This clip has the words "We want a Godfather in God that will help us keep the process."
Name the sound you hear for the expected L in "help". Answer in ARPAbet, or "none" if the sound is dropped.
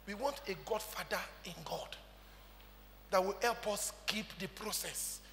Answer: L